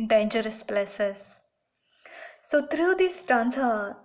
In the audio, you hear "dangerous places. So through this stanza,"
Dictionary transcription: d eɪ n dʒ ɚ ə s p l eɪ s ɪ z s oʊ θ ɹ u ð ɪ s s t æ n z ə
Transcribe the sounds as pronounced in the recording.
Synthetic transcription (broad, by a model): d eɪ n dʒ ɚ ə s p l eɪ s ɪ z s oʊ t ɹ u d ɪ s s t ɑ n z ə